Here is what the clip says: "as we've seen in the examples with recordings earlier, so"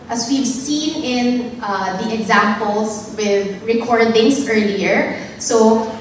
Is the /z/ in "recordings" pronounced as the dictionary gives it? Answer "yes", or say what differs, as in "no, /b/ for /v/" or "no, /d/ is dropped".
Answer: no, /s/ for /z/